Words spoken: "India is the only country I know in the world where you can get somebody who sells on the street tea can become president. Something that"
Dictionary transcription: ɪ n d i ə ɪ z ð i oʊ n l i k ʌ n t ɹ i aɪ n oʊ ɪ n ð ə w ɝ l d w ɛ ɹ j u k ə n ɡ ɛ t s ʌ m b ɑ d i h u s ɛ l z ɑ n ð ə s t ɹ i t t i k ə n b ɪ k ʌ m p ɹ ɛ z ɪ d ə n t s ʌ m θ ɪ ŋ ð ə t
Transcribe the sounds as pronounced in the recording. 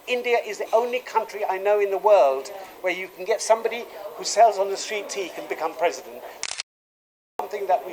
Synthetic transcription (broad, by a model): ɪ n d i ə ɪ z ð i oʊ n l i k ʌ n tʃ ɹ i aɪ n oʊ ɪ n ð ə w ɝ l d w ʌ ɹ j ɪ k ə n ɡ ɛ t s ʌ m b ɑ d i h u s ɛ l z n ð ə s t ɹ i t t i k ə n b ɪ k ʌ m p ɹ ɛ z ɪ d ə n t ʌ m θ ɪ ŋ ð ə t